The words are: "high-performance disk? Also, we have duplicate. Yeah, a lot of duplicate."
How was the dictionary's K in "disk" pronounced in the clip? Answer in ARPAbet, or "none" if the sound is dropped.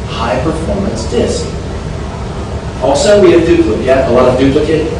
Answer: K